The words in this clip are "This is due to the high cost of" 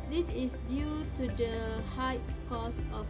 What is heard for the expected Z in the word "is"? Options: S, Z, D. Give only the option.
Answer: S